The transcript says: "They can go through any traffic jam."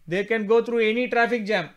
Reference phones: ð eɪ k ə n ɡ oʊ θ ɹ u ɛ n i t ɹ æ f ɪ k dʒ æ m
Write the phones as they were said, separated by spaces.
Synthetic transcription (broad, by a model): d eɪ k ə n ɡ oʊ t ɹ u ɛ n i t ɹ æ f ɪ k dʒ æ m